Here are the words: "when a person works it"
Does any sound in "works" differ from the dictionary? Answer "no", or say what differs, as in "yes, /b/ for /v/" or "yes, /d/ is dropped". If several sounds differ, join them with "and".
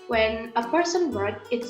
yes, /s/ is dropped